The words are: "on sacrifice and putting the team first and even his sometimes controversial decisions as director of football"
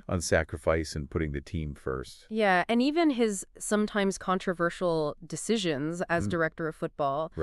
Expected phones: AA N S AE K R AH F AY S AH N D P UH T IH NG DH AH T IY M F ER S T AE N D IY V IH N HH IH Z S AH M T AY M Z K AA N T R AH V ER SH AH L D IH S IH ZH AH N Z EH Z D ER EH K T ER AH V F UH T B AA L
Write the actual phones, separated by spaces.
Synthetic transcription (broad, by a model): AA N S AE K R AH F AY S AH N P UH T IH NG DH AH T IY M F ER S T AE N IY V IH N IH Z S AH M T AY M Z K AA N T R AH V ER SH L D IH S IH ZH AH N Z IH Z D ER EH K T ER AH V F UH T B AA L